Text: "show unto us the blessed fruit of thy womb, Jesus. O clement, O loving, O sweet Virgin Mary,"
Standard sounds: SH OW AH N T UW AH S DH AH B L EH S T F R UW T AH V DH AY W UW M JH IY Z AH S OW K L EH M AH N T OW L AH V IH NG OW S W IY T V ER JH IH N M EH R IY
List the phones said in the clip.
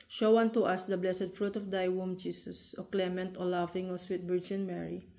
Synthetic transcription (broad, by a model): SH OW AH N T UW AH S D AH B L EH S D F R UW T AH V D AY W UW M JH IY S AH S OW K L EH M AH N T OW L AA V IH NG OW S W IY T B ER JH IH N M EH R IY